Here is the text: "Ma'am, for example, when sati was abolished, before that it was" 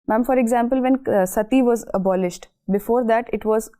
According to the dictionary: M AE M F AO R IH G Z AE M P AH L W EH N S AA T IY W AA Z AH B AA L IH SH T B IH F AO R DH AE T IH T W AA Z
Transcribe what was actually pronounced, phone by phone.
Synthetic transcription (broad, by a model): M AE M F AO R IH G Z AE M P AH L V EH N S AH T IY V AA Z AH B AA L IH SH T B IH F AO R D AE T IH T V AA Z